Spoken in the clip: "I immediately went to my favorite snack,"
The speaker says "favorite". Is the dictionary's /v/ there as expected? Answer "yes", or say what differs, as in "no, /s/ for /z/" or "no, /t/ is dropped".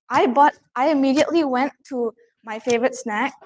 yes